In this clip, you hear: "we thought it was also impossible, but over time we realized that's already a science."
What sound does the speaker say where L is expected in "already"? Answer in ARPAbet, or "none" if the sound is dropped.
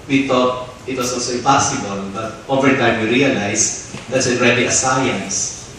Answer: N